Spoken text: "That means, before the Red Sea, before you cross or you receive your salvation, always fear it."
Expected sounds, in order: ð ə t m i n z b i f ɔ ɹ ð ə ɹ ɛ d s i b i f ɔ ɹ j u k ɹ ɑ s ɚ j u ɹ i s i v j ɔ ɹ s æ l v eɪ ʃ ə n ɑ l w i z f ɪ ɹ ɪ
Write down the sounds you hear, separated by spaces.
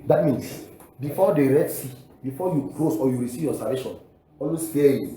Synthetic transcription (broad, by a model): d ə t m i n s b i f ɔ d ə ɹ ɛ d s i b i f ɔ j u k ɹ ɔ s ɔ j u ɹ i s i v j ɔ s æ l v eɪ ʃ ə n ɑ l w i s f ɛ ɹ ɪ